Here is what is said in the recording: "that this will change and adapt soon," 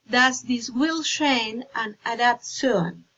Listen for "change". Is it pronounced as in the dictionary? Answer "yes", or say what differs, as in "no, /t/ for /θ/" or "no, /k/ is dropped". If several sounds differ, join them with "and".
no, /ʃ/ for /tʃ/ and /dʒ/ is dropped